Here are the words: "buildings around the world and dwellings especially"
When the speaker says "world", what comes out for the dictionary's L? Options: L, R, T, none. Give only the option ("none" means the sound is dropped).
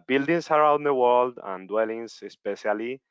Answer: L